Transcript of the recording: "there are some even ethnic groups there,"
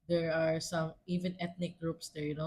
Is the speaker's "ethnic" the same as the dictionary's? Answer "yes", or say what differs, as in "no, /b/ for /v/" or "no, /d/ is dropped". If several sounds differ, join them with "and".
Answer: no, /t/ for /θ/